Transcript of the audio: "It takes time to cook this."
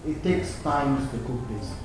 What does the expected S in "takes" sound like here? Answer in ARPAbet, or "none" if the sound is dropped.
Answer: S